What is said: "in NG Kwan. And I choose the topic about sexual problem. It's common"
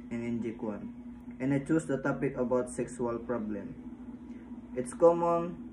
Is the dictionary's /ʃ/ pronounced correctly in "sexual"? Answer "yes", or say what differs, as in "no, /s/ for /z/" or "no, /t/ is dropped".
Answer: no, /s/ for /ʃ/